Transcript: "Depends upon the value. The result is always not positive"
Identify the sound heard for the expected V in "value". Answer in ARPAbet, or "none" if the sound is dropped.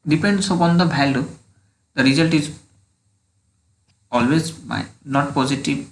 B